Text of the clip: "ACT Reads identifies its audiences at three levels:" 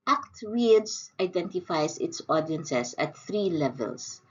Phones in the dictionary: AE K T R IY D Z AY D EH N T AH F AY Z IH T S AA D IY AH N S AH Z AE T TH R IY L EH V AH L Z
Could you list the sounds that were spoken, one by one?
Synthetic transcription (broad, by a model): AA K T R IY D S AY D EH N T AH F AY S IH T S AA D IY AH N S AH S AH T TH R IY L EH V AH L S